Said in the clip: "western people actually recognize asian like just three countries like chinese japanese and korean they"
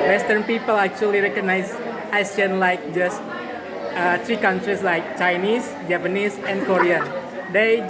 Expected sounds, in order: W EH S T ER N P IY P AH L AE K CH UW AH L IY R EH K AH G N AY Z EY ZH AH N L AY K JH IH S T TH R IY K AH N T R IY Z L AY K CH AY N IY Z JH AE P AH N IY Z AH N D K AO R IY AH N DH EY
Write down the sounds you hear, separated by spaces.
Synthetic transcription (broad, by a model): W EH S T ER N P IY P AH L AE K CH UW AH L IY R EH K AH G N AY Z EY S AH N L AY K JH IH S T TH R IY K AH N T R IY S L AY K CH AY N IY S JH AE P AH N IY S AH N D K AO R IY AH N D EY